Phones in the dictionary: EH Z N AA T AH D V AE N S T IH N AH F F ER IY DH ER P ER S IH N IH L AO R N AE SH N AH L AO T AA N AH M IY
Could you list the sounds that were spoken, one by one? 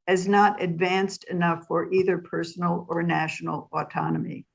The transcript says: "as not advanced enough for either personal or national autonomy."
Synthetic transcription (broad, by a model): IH Z N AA T AH D V AE N S T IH N AH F F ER IY DH ER P ER S N L AO R N AE SH N L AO T AA N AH M IY